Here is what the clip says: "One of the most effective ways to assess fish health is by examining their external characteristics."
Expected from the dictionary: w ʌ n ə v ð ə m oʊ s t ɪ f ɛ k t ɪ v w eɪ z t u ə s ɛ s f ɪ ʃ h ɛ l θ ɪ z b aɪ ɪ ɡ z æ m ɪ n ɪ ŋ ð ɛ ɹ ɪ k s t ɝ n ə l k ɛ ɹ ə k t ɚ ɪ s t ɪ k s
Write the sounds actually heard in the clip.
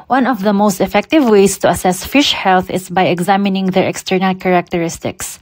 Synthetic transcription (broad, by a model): w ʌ n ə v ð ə m oʊ s t ɪ f ɛ k t ɪ v w eɪ s t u ə s ɛ s f ɪ ʃ h ɛ l θ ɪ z b aɪ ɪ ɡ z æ m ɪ n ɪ ŋ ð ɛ ɹ ɪ k s t ɝ n ə l k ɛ ɹ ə k t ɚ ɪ s t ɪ k s